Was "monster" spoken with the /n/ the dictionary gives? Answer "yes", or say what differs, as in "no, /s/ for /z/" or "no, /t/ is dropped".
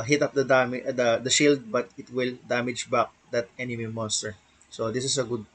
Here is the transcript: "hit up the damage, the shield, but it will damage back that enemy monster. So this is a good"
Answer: yes